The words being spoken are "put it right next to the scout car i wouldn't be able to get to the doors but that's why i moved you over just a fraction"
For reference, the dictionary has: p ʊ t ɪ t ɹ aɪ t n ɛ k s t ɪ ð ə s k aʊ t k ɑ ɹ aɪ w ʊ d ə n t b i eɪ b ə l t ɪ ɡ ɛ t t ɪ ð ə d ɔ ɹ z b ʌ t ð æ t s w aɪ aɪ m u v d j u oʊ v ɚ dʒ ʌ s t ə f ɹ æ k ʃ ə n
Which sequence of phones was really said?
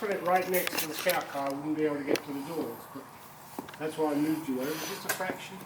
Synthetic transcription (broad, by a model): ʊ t ɪ t ɹ aɪ t n ɛ k s t ɪ ð ə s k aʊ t k ɑ ɹ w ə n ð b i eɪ ə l t ɪ ɡ ɛ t t ɪ ð ə d ɔ ɹ z b ʌ t ð æ t s w aɪ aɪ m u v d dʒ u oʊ w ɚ dʒ ʌ s t ə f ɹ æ k ʃ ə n